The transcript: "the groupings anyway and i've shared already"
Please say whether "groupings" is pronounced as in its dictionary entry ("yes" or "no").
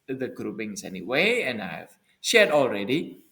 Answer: no